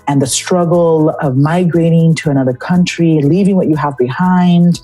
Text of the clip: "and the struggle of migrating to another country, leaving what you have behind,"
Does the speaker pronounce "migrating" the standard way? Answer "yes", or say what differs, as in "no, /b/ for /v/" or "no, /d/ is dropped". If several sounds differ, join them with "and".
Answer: yes